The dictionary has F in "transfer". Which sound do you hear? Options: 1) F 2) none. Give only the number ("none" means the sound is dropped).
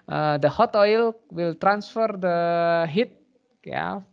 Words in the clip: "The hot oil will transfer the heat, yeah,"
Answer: 1